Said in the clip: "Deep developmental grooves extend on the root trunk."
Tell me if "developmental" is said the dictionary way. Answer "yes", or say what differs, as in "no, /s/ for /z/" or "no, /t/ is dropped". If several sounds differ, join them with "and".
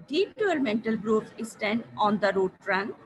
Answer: no, /v/ is dropped